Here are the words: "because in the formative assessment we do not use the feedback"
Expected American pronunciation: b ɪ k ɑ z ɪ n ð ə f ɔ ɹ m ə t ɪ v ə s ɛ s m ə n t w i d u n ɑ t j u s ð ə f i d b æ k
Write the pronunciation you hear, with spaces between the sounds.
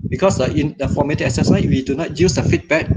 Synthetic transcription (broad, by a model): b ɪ k ɑ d ɪ n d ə f ɔ m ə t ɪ ə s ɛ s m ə w i d u n ɑ t j u s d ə f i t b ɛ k